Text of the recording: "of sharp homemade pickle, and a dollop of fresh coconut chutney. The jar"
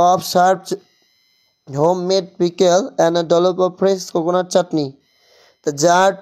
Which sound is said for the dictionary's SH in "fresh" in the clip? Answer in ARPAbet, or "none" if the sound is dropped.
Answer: S